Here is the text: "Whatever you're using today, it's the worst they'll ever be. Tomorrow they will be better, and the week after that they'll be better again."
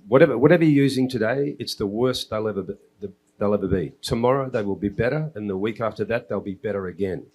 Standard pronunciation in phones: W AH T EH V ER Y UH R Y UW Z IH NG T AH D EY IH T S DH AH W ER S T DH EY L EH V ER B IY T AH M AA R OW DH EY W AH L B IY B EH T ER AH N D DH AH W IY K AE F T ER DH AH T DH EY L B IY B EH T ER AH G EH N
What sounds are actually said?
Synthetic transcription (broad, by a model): W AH T EH V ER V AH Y Y UW Z IH NG T AH D EY IH T S DH AH W ER S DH DH EY L EH V ER B IY T AH M AA R OW DH EY W AH L B IY B EH T ER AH N DH AH W IY K AE F T ER DH AH T DH EY L B IY B EH T ER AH G EH N